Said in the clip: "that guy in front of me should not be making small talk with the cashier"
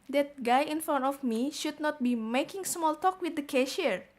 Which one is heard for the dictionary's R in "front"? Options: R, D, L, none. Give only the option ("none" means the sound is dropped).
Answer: none